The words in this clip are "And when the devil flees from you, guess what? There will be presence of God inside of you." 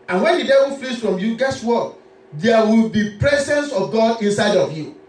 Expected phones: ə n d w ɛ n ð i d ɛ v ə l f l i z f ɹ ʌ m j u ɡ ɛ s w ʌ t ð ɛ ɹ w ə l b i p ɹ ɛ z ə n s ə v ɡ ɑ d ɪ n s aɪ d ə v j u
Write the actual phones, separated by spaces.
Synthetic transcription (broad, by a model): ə n w ɛ n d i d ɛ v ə n f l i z f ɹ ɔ m j u ɡ ɛ s w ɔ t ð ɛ w ə l b i p ɹ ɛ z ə n s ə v ɡ ɑ d ɪ n s aɪ d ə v j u